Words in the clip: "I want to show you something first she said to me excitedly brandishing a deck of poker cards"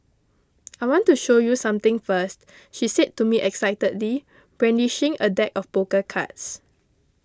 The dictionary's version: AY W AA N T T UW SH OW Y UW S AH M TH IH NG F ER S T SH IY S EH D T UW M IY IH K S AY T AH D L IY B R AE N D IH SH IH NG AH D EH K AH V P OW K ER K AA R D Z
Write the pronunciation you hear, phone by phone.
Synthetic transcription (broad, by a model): AY W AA N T T UW SH OW Y UW S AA M T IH NG F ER S T SH IY S EH D T UW M IY IH K S AY T AH D L IY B R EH N D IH SH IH NG AH D EH K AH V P OW K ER K AA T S